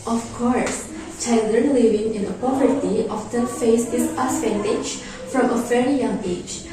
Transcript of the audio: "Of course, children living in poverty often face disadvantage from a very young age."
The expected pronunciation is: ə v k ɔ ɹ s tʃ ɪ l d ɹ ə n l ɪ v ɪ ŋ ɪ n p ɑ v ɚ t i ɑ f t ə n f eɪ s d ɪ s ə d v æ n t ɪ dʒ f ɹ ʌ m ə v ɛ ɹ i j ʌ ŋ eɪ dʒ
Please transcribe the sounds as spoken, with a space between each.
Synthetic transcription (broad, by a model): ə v k ɔ ɹ s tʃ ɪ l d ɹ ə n l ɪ v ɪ ŋ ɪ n p ɑ v ɚ t i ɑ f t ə f eɪ s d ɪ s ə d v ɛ n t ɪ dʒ f ɹ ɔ m ə v ɛ ɹ i j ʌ ŋ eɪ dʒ